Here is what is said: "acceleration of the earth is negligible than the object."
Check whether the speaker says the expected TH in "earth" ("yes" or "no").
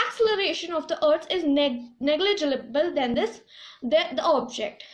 no